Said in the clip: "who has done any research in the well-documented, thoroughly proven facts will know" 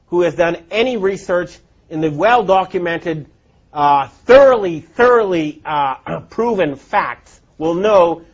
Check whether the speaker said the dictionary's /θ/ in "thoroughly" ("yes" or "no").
yes